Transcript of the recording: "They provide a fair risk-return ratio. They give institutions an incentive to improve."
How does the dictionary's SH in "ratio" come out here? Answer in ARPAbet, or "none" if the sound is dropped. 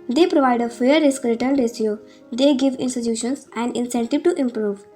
S